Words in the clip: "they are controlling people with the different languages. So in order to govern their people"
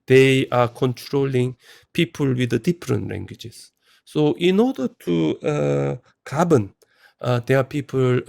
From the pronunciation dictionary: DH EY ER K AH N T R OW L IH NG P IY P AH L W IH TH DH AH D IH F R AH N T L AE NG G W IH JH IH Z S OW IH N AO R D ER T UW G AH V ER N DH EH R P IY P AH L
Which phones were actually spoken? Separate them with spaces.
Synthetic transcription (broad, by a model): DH EY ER K AH N T R OW L IH NG P IY P AH L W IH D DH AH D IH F R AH N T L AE NG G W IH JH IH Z S OW IH N AO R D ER T UW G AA B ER N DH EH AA P IY P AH L